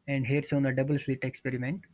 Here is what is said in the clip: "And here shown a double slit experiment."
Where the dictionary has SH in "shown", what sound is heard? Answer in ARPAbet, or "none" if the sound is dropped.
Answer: S